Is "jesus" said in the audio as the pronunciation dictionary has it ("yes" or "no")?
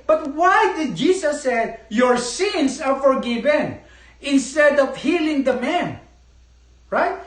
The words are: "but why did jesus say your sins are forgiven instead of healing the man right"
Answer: no